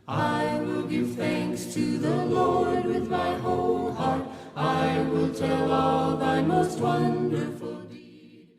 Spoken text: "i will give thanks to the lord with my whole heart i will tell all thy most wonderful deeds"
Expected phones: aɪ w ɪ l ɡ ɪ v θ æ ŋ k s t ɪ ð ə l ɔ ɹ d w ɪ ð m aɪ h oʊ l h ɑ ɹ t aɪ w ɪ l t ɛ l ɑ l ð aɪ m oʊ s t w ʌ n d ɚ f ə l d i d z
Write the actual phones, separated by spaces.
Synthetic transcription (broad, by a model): aɪ w ɪ l ɡ ɪ v θ æ ŋ k s t ɪ ð ə l ɔ ɹ d w ɪ ð m aɪ h oʊ l h ɑ ɹ t aɪ w ɪ l t ɛ l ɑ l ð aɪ m oʊ s t w ʌ n d ɚ f ə l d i